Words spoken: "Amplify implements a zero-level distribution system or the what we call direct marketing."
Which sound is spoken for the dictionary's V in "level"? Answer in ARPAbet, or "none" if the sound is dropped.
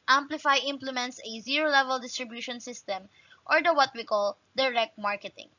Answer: V